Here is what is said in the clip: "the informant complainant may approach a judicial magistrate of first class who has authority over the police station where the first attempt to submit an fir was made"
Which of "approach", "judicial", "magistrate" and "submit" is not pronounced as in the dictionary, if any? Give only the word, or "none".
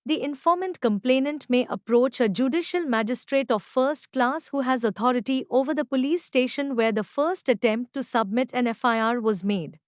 none